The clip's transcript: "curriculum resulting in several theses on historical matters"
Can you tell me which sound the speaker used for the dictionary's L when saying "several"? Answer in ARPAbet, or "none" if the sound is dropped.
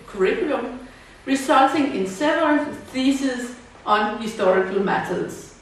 N